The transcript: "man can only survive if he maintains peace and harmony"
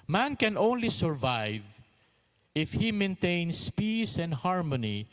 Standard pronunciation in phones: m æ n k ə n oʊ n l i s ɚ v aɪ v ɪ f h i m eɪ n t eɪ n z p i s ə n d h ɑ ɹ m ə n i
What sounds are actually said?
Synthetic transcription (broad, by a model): m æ n k ə n oʊ n l i s ɚ v aɪ v ɪ f h i m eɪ n t eɪ n s p i s ə n d h ɑ ɹ m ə n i